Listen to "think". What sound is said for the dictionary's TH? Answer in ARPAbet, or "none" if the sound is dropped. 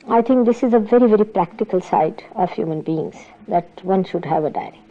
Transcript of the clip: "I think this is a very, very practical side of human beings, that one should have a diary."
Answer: T